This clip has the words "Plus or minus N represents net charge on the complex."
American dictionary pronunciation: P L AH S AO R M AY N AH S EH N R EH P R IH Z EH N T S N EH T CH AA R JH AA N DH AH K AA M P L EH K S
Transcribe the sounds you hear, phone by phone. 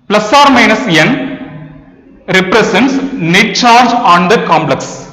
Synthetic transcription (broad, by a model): P L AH S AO R M AY N AH S EH N R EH P R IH S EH N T S N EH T CH AA R JH AA N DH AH K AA M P L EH K S